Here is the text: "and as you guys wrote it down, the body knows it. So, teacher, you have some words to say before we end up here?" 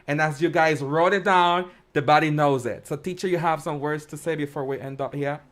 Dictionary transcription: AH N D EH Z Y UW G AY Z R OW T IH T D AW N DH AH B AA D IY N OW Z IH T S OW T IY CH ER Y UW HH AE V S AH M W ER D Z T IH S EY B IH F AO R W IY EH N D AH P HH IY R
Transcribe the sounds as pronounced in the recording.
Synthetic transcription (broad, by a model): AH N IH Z Y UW G AY Z R OW T IH T D AW N DH AH B AA D IY N OW Z IH T S OW T IY CH ER Y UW HH AE V S AH M W ER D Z T IH S EY B IH F AO R W IY EH N D AH P HH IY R